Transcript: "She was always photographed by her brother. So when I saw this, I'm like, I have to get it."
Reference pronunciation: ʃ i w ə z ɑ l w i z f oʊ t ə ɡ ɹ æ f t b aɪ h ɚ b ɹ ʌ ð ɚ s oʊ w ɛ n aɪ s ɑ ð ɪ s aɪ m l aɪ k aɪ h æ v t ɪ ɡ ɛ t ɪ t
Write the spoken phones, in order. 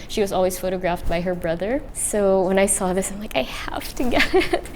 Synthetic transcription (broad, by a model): ʃ i w ə z ɑ l w i z f oʊ t ə ɡ ɹ æ f t b aɪ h ɚ b ɹ ʌ ð ɚ s oʊ w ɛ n aɪ s ɑ ð ɪ s aɪ m l aɪ k aɪ h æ f t ɪ ɡ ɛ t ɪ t